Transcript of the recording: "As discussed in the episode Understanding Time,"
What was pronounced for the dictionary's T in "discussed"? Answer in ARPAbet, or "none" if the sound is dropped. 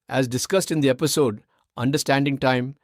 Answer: T